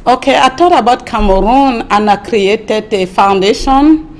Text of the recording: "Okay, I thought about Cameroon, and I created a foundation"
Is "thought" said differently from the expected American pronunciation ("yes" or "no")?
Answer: yes